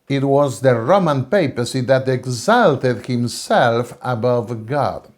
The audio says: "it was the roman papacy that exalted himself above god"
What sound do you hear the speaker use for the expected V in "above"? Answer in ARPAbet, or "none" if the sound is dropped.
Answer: V